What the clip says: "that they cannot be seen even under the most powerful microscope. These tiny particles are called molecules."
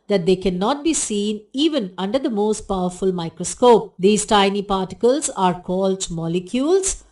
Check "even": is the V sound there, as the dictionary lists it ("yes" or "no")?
yes